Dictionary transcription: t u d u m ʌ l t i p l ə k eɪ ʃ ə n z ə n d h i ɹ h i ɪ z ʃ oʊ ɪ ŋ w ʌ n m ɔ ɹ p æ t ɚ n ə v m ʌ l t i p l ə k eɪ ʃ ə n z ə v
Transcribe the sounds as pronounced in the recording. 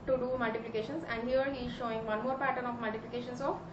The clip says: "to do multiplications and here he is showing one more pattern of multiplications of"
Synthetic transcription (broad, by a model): t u d u m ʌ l t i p l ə k eɪ ʃ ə n s ə n d h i ɹ h i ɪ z ʃ oʊ ɪ ŋ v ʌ n m ɔ ɹ p æ t ɚ n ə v m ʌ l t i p l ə k eɪ ʃ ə n s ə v